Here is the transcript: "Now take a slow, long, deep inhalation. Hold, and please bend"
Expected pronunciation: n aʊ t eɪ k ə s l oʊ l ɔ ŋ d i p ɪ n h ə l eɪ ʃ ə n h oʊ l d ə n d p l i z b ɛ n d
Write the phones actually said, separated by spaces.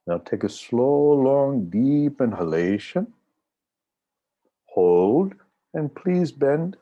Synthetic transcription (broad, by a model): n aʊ t eɪ k ə s l oʊ l ɔ ŋ d i p ɪ n h ə l eɪ ʃ ə n h oʊ l d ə n p l i z b ɛ n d